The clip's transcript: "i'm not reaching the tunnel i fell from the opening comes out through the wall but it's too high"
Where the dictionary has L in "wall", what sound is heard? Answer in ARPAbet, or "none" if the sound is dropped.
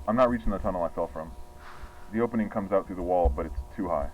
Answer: L